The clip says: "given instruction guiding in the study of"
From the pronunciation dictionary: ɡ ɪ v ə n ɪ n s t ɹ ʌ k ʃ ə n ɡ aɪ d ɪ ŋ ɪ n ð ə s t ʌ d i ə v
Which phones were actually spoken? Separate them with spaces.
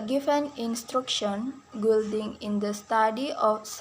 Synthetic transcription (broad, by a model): ɡ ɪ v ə n ɪ n s t ɹ ʌ k ʃ ə n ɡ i d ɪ ŋ ɪ n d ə s t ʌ d i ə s